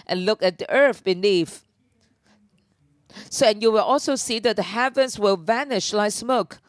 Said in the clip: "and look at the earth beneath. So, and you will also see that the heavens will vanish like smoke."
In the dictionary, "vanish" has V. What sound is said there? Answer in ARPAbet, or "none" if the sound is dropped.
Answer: V